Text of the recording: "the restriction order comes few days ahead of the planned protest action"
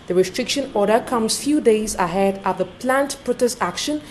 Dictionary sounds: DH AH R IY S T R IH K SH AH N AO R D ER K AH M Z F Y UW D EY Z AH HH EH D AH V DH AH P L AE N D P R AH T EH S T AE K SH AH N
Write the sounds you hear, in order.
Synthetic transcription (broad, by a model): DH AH R IY S T R IH K SH AH N AO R D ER K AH M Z F Y UW D EY Z AH HH EH D AH V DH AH P L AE N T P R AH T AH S AE K SH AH N